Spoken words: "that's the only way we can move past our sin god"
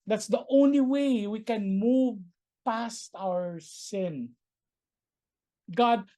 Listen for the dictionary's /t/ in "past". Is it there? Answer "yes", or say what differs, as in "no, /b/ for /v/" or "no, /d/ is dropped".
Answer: yes